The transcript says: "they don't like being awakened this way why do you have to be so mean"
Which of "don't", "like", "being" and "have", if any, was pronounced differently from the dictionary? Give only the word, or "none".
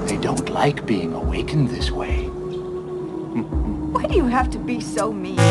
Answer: have